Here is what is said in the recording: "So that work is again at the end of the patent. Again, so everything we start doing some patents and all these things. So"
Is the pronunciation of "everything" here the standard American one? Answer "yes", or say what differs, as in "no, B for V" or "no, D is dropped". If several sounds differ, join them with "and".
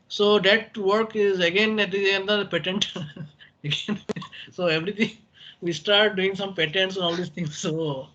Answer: no, T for TH